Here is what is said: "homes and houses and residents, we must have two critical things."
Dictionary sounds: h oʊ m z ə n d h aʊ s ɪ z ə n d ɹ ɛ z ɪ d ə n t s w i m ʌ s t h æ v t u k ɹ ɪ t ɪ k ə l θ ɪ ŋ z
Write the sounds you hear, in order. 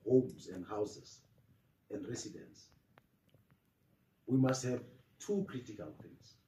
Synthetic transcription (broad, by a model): h oʊ m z ə n d h aʊ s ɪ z ə n d ɹ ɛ s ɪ d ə n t s w i m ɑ s t h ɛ v t u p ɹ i t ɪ k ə l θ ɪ ŋ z